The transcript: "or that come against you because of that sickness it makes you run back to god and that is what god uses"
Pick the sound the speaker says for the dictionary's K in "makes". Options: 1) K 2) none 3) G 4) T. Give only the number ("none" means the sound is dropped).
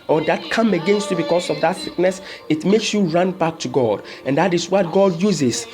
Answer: 1